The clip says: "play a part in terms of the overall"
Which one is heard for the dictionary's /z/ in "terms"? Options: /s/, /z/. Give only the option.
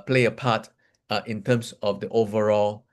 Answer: /s/